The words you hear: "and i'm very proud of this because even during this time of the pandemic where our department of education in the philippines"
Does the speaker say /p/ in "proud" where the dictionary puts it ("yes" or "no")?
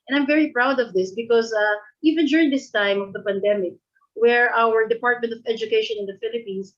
yes